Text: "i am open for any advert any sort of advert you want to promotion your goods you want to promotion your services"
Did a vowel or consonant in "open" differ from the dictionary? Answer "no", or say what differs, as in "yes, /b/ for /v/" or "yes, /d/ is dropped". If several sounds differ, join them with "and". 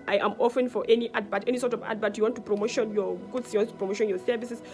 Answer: yes, /f/ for /p/